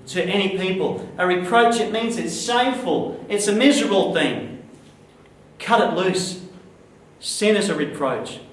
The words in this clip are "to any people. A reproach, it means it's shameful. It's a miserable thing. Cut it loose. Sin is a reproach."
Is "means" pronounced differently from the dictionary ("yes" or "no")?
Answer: no